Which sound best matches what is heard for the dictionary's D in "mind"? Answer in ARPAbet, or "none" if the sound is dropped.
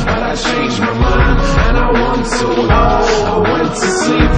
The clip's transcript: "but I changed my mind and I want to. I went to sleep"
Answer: none